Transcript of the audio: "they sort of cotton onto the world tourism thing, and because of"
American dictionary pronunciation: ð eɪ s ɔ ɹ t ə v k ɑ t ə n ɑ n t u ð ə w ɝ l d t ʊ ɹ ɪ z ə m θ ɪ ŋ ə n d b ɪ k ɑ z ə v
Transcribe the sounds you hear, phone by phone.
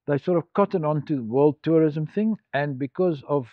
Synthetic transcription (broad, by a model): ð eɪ s ɔ ɹ t ə v k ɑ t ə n ɑ n t u ð ə w ɝ l d t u ɹ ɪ z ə m θ ɪ ŋ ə n b ɪ k ɑ z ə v